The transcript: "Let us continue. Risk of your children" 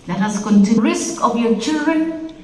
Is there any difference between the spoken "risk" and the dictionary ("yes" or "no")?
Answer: no